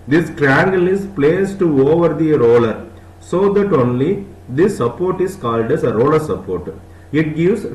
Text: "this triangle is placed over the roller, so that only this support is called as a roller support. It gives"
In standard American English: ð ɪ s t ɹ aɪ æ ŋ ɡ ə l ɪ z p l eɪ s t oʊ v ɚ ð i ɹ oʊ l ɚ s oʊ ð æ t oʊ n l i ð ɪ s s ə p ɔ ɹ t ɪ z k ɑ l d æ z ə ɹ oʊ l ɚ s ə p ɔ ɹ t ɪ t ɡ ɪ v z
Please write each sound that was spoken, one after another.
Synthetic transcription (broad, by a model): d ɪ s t ɹ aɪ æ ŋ ɡ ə l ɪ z p l eɪ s t oʊ v ɚ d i ɹ oʊ l ɚ s oʊ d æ t oʊ n l i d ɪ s s ə p ɔ ɹ t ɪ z k ɑ l d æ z ə ɹ oʊ l ɚ s ə p ɔ ɹ t ɪ t ɡ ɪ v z